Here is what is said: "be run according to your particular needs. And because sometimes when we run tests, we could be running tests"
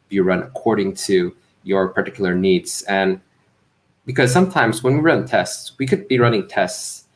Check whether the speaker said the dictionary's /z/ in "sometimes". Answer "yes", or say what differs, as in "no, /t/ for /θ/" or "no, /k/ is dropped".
yes